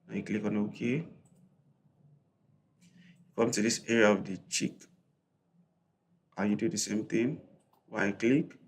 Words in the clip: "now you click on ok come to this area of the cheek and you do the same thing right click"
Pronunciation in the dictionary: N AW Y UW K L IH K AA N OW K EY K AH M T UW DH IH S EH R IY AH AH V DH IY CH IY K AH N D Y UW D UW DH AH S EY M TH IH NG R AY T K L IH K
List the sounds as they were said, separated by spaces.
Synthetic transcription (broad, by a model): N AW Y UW K L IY K AA N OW K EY K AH M T UW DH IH S EH R IY AH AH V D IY CH IY K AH Y UW D UW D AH S EY M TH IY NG W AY K L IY K